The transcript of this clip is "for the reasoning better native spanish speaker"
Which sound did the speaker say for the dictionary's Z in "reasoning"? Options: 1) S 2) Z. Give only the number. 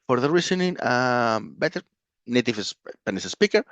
1